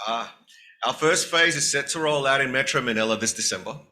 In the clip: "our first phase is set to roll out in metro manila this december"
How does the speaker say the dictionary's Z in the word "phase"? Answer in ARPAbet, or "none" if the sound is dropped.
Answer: Z